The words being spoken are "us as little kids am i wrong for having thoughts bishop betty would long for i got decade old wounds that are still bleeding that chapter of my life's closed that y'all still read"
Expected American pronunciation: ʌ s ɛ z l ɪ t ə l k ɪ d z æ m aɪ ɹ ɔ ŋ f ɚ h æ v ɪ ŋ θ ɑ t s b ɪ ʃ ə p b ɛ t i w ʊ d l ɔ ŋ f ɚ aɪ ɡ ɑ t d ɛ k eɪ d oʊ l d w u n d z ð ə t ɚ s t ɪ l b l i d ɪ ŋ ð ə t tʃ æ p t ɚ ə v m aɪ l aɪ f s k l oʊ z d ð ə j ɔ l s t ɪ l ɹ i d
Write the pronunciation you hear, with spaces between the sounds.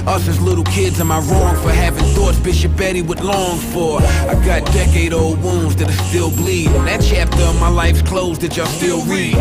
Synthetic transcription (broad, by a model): ʌ s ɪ z l ɪ t l k ɪ d z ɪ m aɪ ɹ ɔ ŋ f ɚ h æ v ɪ ŋ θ ɑ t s b ɪ ʃ ə p b ɛ t i w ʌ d l ɔ ŋ f ɚ aɪ ɡ ɑ t d ɛ k eɪ d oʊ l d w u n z ð ə t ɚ s t ɪ l b l i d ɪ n ð ə t tʃ æ p t ɚ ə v m aɪ l aɪ f s k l oʊ z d ð ə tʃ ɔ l s t ɪ l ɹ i